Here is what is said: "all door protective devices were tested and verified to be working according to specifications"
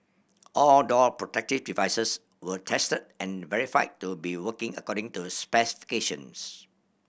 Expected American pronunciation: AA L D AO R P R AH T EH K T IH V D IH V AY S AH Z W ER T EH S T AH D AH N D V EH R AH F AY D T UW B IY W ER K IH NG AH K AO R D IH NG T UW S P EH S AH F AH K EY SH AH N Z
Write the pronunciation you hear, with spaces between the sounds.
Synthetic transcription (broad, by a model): AA L D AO L P R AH T EH K T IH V D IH V AY S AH S W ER T EH S T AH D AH N V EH R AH F AY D T UW B IY W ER K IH NG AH K AO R D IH NG T UW S P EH S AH F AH K EY SH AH N S